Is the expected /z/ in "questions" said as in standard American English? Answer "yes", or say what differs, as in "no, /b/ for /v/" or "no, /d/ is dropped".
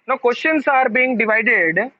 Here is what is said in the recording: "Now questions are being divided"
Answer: no, /s/ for /z/